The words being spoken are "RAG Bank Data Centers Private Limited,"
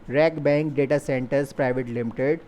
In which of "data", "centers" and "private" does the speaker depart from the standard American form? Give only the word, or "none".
centers